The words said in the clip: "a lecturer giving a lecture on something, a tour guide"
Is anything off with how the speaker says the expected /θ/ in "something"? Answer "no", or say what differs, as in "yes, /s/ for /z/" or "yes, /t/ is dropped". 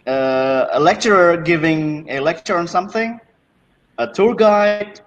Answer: no